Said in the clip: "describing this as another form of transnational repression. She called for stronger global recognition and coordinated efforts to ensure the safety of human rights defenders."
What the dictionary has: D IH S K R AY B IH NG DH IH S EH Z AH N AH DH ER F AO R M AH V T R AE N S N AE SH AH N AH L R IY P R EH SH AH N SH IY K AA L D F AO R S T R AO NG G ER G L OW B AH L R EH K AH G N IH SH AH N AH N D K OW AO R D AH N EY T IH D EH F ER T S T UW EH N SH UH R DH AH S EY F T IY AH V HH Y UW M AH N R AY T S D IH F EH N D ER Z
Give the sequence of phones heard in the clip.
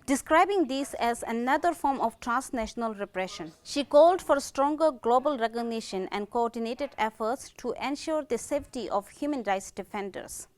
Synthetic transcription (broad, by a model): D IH S K R AY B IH NG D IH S EH Z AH N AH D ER F AO R M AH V T R AE N S N AE SH AH N AH L R IY P R EH SH AH N SH IY K AA L D F AO R S T R AO NG G ER G L OW B AH L R EH K AH G N IH SH AH N AH N D K OW AO R D AH N EY T IH D EH F ER T S T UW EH N SH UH R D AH S EY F T IY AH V HH Y UW M AH N R AY T S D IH F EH N D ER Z